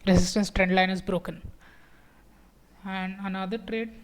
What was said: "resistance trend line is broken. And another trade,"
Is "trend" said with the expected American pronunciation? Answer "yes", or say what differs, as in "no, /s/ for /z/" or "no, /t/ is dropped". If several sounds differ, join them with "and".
yes